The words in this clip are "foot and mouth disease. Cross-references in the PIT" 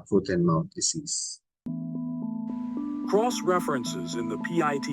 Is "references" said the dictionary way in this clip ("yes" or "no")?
yes